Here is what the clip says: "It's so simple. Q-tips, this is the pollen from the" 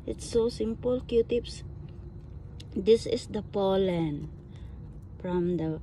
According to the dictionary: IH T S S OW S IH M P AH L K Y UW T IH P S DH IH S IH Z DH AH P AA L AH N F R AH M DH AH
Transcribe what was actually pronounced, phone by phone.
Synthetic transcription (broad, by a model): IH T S S OW S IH M P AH L K Y UW T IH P S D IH S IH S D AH P AA L AH N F R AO M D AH